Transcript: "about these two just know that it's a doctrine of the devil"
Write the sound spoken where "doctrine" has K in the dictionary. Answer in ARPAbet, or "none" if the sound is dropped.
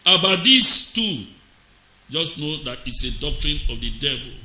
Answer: K